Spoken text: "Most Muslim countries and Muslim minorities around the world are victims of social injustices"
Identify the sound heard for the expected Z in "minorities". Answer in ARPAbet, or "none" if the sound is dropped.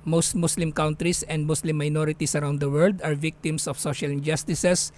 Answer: S